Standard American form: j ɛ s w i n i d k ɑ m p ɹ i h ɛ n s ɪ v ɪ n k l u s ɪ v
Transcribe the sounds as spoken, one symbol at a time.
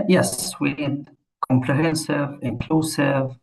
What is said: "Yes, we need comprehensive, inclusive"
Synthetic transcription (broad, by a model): j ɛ s w i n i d k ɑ m p l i h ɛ n s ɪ v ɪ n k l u s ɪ v